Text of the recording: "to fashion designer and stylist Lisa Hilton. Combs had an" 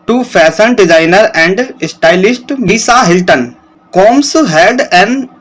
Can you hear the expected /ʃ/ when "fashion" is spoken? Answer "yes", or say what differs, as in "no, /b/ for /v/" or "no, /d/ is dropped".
no, /s/ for /ʃ/